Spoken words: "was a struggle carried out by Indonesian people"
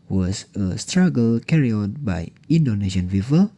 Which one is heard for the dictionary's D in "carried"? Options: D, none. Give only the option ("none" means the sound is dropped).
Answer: none